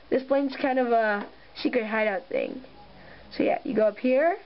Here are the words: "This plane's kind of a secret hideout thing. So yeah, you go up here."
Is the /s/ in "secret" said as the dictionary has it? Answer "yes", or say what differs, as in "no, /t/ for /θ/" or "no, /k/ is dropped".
no, /ʃ/ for /s/